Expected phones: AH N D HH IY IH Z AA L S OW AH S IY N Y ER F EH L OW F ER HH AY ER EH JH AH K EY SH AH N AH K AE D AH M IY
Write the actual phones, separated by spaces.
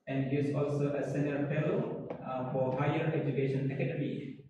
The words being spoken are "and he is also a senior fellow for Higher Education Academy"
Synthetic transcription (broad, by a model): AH N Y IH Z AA L S OW AH S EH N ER P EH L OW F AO HH AY ER EH JH AH K EY SH AH N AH K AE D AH M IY